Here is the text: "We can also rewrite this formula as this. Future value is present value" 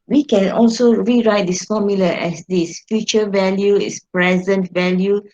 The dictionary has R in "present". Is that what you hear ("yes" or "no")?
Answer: yes